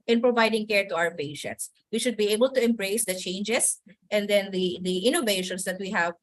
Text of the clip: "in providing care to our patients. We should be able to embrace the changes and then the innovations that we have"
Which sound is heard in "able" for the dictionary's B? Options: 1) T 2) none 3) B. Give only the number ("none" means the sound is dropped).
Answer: 3